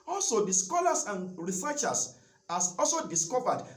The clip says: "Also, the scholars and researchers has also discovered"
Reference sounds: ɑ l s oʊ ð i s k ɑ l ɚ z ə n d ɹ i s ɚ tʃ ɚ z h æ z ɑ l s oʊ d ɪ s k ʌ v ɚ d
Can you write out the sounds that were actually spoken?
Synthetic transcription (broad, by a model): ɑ l s oʊ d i s k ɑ l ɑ s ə n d ɹ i s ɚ tʃ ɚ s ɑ s ɑ l s oʊ d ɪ s k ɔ v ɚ d